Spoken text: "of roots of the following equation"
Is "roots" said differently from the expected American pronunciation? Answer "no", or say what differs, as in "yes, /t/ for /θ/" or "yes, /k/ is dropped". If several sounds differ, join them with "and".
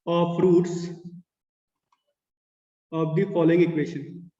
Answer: no